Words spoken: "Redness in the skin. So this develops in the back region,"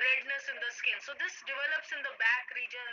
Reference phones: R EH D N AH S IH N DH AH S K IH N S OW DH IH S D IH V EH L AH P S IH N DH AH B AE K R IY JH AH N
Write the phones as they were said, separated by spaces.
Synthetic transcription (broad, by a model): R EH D N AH S IH N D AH S K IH L S OW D IH S D IH V EH L AH P S IH N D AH B AE K R IY JH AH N